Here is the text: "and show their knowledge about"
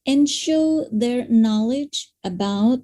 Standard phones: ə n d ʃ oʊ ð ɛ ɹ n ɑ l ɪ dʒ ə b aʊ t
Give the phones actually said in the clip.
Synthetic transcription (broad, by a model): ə n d ʃ oʊ ð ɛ ɹ n ɑ l ɪ dʒ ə b aʊ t